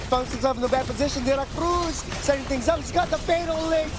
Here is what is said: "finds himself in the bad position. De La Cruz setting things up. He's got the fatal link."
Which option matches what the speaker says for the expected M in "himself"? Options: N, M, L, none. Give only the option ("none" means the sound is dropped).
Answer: none